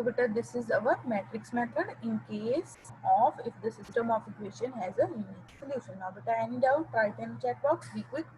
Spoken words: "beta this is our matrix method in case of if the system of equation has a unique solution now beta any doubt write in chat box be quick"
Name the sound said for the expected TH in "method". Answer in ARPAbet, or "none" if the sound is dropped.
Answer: T